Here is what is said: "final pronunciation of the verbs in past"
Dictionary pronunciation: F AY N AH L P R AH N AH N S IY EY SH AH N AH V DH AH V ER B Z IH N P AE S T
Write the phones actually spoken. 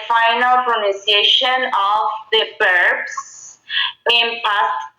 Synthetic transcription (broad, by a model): F AY N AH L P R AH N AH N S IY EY SH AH N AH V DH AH B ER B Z IH N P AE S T